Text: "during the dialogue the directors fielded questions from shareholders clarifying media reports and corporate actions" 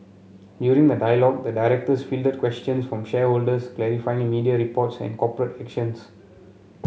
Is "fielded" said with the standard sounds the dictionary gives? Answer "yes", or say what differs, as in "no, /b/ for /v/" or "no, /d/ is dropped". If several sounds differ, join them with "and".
yes